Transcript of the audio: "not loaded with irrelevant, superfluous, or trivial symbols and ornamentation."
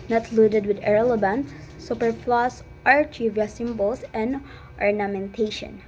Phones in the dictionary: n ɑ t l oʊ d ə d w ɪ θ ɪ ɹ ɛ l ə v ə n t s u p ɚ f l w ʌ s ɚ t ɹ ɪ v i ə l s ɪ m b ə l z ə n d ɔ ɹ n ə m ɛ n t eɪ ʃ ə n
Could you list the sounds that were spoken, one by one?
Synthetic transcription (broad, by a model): n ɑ t l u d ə d w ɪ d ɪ ɹ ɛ l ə b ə n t s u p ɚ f l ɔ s t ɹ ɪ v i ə s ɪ m b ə l s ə n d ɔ ɹ n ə m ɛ n t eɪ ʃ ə n